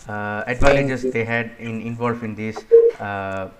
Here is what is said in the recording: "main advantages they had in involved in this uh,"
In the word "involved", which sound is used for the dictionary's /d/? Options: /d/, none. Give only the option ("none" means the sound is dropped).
none